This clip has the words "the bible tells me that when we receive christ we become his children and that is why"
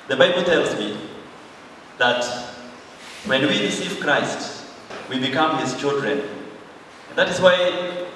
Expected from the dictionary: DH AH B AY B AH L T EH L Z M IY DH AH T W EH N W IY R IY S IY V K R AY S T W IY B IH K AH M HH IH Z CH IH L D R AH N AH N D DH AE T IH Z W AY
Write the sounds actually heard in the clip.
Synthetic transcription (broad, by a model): DH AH B AY B L T EH L Z M IY DH AH T W EH N W IY R IY S IY V K R AY S T W IY B IH K AH M HH IH Z CH IH L D R AH N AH N DH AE T IH Z W AY